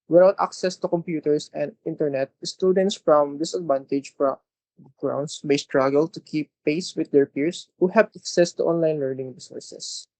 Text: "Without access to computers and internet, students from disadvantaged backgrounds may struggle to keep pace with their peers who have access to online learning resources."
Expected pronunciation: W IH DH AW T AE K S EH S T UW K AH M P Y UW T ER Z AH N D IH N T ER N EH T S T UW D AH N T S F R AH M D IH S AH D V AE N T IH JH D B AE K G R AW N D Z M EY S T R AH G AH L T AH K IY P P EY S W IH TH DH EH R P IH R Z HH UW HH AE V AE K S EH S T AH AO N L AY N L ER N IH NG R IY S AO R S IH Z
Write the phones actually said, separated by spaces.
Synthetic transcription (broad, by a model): W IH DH AW T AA K S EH S T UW K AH M P Y UW T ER S AH N D IH N T ER N EH T S T UW D AH N T S F R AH M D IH S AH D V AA N T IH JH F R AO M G R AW N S M EY S T R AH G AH L T AH K IY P P EY S W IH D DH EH R P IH R S HH UW HH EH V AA K S EH S T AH AO N L AY N L ER N IH NG R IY S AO R S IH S